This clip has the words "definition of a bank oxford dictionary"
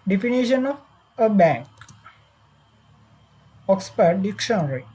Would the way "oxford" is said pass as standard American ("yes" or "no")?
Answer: no